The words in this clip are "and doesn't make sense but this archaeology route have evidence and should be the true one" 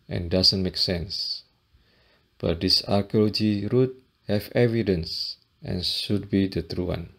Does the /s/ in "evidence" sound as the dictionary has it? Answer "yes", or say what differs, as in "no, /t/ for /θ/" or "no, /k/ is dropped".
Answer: yes